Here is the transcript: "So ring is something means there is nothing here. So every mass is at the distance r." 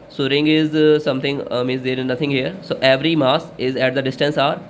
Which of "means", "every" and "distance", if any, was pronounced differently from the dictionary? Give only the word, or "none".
means